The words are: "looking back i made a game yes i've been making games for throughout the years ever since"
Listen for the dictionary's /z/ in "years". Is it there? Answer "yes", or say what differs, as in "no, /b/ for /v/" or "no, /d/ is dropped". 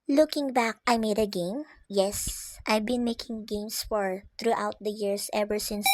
no, /s/ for /z/